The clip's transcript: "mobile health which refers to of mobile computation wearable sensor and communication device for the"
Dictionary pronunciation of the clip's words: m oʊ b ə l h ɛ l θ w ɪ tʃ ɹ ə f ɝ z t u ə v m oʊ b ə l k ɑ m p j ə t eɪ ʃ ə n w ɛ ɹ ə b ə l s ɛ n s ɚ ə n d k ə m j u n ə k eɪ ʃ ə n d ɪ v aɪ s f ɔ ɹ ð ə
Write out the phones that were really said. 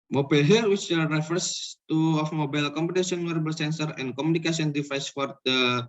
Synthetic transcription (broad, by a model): m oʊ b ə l h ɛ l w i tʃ ɹ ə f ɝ s t u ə f m oʊ b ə l k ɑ m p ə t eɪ s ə n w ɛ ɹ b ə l s ɛ n s ɚ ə n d k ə m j u n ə k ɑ s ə n d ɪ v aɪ s f ɔ ɹ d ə